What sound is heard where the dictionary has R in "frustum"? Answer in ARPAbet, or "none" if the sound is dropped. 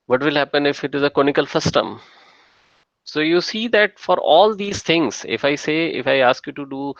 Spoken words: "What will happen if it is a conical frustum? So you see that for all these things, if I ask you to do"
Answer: none